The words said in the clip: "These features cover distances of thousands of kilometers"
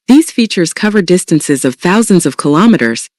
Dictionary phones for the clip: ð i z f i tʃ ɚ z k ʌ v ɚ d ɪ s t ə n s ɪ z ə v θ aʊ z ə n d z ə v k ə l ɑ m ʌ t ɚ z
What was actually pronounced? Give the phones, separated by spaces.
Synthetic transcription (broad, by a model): ð i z f i tʃ ɚ z k ʌ v ɚ d ɪ s t ə n s ɪ z ə v θ aʊ z ə n d z ə v k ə l ɑ m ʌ t ɚ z